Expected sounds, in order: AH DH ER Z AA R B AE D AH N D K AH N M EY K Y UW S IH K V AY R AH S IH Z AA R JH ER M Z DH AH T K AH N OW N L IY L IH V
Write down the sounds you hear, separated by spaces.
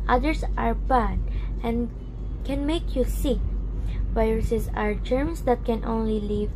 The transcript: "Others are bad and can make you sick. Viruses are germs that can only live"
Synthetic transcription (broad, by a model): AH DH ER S AA R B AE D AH N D K AH N M EY K Y UW S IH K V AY R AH S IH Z AA R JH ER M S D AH T K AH N OW N L IY L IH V